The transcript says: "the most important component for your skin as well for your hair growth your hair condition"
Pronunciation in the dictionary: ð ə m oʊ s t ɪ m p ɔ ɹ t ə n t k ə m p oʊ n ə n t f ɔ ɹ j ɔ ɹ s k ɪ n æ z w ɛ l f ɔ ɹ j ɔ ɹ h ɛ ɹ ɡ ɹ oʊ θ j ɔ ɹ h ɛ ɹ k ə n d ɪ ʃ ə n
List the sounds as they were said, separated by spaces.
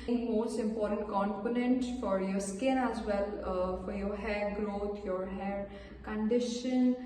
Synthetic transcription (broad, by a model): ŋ m oʊ s t ɪ m p ɔ ɹ t ə n t k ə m p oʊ n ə n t f ɔ ɹ j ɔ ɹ s k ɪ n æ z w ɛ l f ɔ ɹ j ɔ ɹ h ɛ ɹ ɡ ɹ oʊ t j ɔ ɹ h ɛ ɹ k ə n d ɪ ʃ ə n